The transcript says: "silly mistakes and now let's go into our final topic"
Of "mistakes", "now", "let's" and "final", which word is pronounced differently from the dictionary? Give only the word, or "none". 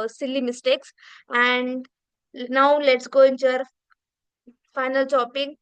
none